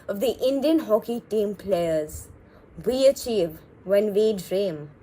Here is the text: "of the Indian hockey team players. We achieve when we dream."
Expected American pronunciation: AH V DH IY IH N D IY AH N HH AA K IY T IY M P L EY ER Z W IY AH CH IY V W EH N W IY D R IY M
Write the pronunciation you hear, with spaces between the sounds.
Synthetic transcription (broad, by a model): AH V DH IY IH N D IY AH N HH AA K IY T IY M P L EY ER Z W IY AH CH IY V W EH N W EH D R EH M